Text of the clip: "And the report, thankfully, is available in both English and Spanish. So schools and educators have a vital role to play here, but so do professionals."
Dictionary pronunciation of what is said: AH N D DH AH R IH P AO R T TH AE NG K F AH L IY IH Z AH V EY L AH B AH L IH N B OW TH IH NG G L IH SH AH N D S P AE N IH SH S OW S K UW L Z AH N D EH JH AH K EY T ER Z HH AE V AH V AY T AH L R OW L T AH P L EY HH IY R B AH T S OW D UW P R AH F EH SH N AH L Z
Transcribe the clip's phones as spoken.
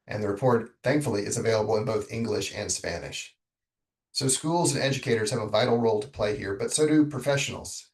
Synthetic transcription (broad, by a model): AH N DH AH R IH P AO R T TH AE NG K F L IY IH Z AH V EY L AH B L IH N B OW TH IH NG G L IH SH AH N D S P AE N IH SH S OW S K UW L Z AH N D EH JH AH K EY T ER Z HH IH V AH V AY T L R OW L T AH P L EY HH IY R B AH T S OW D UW P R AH F EH SH N L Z